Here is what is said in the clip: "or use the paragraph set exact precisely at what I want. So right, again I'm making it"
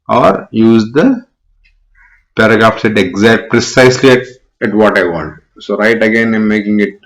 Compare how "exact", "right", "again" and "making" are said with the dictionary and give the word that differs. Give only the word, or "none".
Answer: none